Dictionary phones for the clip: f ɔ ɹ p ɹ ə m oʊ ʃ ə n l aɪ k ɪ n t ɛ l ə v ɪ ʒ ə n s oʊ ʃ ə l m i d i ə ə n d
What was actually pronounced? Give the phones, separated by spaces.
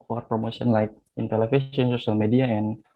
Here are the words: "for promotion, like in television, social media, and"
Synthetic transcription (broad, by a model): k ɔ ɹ p ɹ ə m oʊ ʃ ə n l aɪ k ɪ n t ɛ l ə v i s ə n s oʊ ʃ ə l m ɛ d i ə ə n